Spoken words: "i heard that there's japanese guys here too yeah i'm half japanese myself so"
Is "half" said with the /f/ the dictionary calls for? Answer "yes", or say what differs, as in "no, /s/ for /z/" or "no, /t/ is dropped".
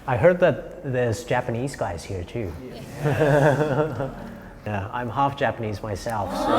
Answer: yes